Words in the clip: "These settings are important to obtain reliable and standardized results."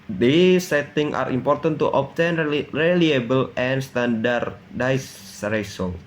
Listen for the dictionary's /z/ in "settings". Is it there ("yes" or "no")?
no